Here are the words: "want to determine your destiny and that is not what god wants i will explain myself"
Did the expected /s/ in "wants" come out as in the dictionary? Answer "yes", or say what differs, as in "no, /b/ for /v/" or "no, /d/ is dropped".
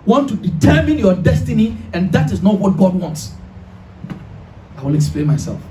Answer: yes